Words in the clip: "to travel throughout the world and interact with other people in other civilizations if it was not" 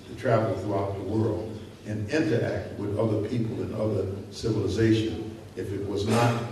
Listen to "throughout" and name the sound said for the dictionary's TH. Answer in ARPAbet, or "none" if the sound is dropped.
TH